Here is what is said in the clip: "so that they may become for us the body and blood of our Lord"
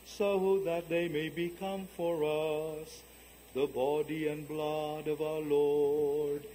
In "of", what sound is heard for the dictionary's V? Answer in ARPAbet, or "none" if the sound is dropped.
V